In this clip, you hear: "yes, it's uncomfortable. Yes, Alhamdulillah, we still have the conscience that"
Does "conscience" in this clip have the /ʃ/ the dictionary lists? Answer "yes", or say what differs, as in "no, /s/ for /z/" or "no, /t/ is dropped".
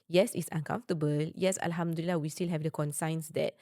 no, /s/ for /ʃ/